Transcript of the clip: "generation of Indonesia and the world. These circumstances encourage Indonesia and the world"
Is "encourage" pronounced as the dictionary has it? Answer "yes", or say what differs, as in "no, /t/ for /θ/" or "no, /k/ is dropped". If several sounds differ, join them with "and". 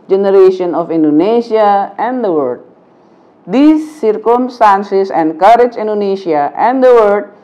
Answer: yes